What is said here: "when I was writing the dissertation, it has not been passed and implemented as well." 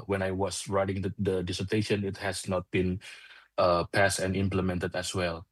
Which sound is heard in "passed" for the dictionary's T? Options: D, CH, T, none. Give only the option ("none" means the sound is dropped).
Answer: T